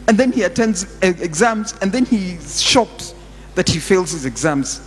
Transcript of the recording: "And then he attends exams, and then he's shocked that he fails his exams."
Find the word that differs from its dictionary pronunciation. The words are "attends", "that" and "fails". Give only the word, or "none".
none